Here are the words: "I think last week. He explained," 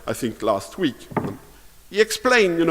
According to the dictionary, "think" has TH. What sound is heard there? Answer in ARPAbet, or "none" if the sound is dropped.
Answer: TH